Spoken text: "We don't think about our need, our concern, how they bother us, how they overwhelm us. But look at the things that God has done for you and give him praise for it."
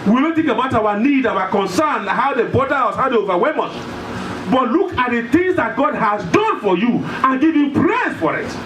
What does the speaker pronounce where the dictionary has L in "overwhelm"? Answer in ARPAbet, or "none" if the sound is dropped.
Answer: none